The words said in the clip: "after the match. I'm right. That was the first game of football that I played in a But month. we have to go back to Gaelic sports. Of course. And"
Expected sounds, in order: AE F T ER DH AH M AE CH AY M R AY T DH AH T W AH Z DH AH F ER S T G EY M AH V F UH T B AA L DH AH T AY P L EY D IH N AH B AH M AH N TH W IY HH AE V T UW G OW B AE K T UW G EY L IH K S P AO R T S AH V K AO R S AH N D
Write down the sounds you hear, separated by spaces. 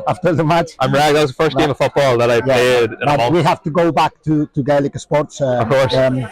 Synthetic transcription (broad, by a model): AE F T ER DH AH M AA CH AY M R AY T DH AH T W AH Z DH AH F ER S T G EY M AH V F UH T B AA L DH AH T AY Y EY IH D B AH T W IY HH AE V T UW G OW B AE K T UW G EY L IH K S P AO R T S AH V K AO R S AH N